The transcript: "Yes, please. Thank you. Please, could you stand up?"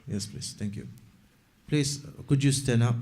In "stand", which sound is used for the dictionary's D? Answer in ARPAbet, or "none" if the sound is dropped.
none